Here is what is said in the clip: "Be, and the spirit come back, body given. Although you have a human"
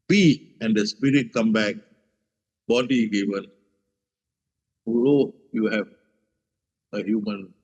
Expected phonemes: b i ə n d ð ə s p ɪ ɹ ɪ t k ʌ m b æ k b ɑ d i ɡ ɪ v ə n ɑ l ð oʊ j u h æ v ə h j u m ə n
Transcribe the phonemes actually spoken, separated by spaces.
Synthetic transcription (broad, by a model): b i ə n d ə s p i ɹ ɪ t k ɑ m b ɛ k b ɑ d i ɡ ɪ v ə n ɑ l oʊ j u h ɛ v ə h j u m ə n